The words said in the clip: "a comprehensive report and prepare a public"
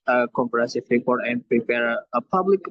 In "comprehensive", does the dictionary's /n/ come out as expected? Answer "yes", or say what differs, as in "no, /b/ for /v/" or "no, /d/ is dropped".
no, /n/ is dropped